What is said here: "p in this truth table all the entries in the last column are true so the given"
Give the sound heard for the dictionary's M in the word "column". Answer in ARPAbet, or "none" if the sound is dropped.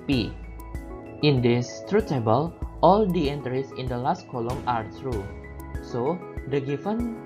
M